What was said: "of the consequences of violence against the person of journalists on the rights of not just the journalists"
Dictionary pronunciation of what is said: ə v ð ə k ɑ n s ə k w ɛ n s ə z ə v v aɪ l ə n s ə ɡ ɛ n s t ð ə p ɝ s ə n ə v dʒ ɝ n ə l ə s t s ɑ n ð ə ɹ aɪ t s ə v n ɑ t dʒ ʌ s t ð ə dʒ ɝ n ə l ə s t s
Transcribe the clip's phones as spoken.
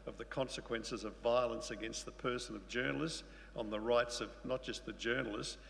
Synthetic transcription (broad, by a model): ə v ð ə k ɑ n s ə k w ɛ n s ə z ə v v aɪ l ə n s ə ɡ ɛ n s t ð ə p ɝ s ə n ə v dʒ ɝ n l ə s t s n ð ə ɹ aɪ t s ə v n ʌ t dʒ ʌ s t ð ə dʒ ɝ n l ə s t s